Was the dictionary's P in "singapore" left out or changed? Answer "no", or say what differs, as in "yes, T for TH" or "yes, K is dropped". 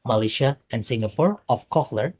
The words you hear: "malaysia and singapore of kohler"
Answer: no